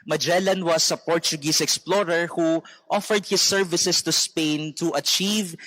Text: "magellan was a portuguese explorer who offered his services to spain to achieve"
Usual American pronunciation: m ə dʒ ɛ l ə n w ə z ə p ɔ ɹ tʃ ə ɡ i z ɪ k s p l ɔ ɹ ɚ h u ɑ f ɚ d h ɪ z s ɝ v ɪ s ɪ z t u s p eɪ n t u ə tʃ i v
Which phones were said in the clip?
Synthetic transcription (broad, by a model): m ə dʒ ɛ l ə n w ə s ə p ɔ ɹ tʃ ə ɡ i s ɪ k s p l ɔ ɹ ɚ h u ɑ f ɚ d h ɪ s ɝ v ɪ s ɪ s t u s p eɪ n t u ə tʃ i v